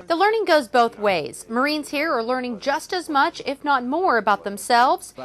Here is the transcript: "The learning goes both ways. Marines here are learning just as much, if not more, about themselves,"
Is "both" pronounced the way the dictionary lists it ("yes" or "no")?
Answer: yes